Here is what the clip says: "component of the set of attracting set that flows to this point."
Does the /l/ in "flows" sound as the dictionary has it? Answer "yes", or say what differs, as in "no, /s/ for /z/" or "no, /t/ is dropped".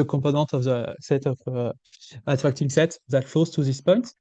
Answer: no, /l/ is dropped